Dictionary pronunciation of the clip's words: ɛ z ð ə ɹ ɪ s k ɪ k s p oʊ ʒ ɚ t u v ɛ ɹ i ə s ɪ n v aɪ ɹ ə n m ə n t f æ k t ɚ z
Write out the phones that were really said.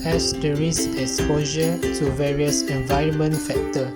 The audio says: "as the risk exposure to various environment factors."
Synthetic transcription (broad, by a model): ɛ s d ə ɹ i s ɪ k s p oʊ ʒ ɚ t u v ɛ ɹ i ə s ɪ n v aɪ ɹ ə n m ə n t f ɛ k t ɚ